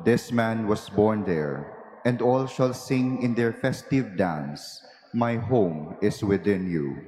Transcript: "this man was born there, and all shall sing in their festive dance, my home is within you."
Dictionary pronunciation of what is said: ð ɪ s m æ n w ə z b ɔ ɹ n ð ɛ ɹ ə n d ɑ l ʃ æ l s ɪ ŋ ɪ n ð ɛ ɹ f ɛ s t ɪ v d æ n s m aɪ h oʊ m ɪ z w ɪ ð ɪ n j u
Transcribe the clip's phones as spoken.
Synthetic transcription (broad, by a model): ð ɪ s m æ n w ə s b ɔ ɹ n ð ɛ ɹ ə n d ɑ l ʃ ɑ l s ɪ ŋ ɪ n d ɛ ɹ f ɛ s t ɪ v d æ n s m aɪ h oʊ m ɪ s w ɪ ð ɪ n j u